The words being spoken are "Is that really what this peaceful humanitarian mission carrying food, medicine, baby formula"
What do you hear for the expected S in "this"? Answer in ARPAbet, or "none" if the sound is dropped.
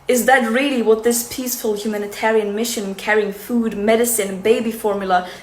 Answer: S